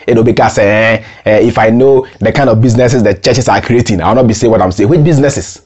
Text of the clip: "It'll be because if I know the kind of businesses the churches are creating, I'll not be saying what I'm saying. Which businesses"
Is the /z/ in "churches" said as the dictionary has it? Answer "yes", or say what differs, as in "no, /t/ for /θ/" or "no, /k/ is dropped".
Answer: no, /s/ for /z/